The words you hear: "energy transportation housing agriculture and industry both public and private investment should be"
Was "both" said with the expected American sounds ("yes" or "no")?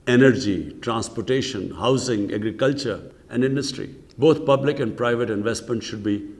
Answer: no